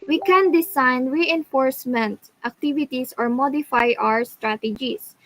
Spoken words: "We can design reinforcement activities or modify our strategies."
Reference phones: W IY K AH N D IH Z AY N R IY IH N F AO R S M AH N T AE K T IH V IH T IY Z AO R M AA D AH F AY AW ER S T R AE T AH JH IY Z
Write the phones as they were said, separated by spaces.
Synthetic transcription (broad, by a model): W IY K AH N D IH S AY N R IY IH N F AO R S M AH N T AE K T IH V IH T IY S AO R M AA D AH F AY AW ER S T R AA T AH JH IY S